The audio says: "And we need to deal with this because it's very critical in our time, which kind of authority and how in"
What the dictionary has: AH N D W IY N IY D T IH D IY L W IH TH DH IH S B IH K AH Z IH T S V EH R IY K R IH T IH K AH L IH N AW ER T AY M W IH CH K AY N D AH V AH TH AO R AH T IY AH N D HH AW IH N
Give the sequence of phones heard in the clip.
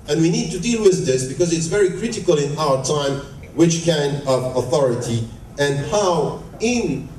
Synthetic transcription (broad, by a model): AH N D W IY N IY D T IH D IY L W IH DH IH S B IH K AH Z IH T S V EH R IY K R IH T IH K AH L IH N AW ER T AY M W IH CH K AY N D AH V AH TH AO R AH T IY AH N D HH AW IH N